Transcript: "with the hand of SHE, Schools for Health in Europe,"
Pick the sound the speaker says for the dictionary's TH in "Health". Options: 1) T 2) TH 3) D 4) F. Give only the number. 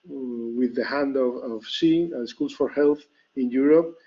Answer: 2